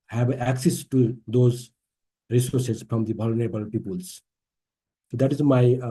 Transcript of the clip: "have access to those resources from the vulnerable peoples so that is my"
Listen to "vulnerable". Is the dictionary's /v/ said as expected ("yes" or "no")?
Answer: no